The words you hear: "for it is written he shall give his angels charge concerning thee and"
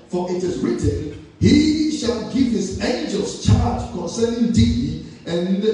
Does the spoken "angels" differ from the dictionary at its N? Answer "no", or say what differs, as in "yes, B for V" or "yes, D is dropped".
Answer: no